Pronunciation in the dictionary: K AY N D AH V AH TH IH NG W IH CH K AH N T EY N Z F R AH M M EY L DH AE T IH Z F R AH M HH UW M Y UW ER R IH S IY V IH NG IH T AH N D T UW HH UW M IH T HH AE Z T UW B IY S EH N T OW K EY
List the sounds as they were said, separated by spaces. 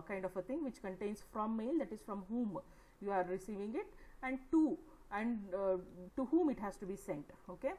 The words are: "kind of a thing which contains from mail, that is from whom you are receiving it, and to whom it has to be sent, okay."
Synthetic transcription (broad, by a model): K AY N D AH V AH T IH NG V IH CH K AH N T EY N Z F R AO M M EY L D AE T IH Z F R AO M HH UW M Y UW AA R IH S IY V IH NG IH T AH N D T UW HH UW M IH T HH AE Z T UW B IY S EH N T OW K EY